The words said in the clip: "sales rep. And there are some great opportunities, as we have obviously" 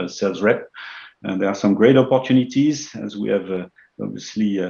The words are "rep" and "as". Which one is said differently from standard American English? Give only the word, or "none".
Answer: none